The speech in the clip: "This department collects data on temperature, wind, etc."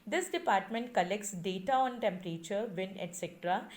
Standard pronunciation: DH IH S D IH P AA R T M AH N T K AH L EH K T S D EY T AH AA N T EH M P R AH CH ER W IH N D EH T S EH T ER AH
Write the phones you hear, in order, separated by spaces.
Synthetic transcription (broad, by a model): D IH S D IH P AA R T M AH N T K AH L EH K T S D EY T AH AA N T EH M P R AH CH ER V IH N EH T S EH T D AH